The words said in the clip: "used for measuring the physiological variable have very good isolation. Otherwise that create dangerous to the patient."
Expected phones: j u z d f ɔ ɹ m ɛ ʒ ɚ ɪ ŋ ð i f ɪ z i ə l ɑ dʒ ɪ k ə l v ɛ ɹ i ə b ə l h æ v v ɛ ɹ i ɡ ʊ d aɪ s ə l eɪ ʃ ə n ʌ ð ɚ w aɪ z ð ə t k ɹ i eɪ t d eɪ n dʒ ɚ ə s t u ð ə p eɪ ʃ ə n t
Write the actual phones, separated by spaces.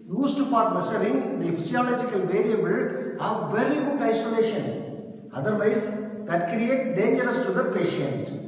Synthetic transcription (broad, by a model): j u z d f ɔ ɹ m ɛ s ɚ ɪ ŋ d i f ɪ s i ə l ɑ dʒ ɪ k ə l v ɛ ɹ i ə b ə l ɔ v v ɛ ɹ i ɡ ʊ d aɪ s ə l eɪ ʃ ə n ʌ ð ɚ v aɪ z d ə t k ɹ i eɪ t d eɪ n dʒ ɚ ə s t u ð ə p eɪ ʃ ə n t